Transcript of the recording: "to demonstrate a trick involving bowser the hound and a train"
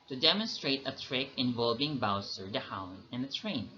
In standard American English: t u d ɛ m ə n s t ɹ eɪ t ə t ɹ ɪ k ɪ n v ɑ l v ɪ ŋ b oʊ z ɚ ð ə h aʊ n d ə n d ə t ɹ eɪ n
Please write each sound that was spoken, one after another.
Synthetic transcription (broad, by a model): t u d ɛ m ə n s t ɹ eɪ t ə t ɹ ɪ k ɪ n v ɑ l v ɪ ŋ b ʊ s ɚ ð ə h aʊ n ə n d ə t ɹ eɪ n